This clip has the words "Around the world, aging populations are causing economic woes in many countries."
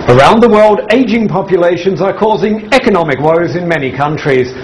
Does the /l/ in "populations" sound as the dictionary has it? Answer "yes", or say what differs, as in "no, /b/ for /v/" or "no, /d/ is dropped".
yes